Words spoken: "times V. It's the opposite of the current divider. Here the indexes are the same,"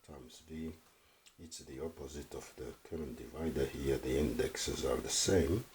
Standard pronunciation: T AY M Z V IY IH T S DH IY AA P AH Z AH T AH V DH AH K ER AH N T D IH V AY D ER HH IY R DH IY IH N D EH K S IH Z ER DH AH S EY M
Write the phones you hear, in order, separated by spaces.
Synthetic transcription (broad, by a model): T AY M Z B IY IH T S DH IY AA P AH Z AH T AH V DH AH K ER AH N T D IH V AY D ER HH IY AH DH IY IH N D EH K S IH Z ER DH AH S EY M